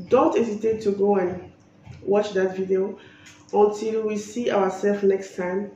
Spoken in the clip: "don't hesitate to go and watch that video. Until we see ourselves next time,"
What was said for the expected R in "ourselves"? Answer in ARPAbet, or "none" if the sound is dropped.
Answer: W